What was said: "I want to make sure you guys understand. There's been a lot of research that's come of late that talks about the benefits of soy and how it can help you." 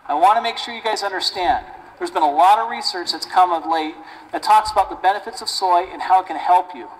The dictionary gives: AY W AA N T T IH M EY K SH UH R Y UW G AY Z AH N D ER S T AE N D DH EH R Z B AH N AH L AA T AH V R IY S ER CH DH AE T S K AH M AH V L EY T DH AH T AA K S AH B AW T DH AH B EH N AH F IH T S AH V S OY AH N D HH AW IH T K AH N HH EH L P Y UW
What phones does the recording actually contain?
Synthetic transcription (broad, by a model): AY W AA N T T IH M EY K SH UH R Y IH G AY Z AH N D ER S T AE N D DH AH R Z B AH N AH L AA T AH V R IY S ER CH DH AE T S K AH M AH V L EY T DH AH T AA K S AH B AW T DH AH B EH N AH F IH T S AH V S OY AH N HH AW IH T K AH N HH EH L P Y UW